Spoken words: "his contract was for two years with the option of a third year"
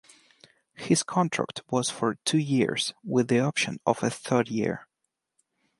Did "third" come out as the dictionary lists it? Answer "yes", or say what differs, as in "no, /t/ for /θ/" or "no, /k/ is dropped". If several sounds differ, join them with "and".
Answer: yes